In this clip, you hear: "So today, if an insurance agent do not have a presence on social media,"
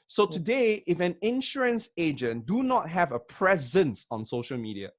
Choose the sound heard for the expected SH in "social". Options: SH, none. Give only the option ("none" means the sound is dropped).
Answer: SH